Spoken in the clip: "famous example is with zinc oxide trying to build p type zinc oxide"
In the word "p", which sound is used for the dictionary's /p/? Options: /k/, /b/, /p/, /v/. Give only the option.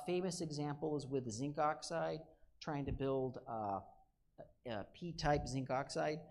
/p/